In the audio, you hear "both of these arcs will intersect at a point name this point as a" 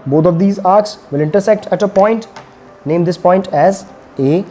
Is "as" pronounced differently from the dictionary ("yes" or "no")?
no